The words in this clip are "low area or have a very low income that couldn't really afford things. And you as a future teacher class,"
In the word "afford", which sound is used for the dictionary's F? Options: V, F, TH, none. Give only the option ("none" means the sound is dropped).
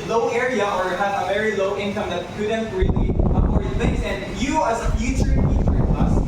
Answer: none